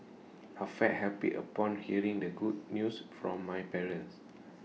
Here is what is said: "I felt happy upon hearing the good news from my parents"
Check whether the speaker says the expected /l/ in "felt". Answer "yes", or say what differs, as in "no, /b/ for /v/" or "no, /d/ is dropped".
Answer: no, /l/ is dropped